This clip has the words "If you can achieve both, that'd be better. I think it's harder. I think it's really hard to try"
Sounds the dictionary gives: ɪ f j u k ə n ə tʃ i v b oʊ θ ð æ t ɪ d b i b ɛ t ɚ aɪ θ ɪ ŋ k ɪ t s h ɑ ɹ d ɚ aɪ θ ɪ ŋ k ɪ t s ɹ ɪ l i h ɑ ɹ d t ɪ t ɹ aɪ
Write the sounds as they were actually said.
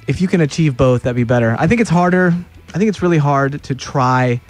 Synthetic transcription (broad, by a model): ɪ f j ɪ k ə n ə tʃ i v b oʊ θ ð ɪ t b i b ɛ t ɚ aɪ θ ɪ ŋ k ɪ t s h ɑ ɹ d ɚ aɪ θ ɪ ŋ k ɪ t s ɹ ɪ l i h ɑ ɹ d t ɪ t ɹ aɪ